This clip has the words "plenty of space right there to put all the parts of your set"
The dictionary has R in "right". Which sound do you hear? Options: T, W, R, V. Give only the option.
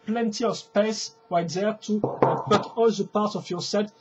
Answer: W